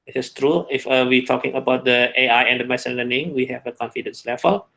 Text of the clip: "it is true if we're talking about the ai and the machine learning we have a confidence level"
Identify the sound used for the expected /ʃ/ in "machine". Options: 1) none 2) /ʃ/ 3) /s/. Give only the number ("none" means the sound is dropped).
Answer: 3